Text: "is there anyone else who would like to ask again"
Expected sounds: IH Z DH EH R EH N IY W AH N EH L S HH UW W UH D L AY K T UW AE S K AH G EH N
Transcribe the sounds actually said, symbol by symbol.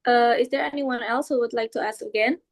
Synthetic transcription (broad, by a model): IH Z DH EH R EH N IY W AH N EH L S HH UW W UH D L AY K T UW AE S K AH G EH N